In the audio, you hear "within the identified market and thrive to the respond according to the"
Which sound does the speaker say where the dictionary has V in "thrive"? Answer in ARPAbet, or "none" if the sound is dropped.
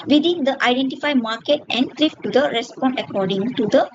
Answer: F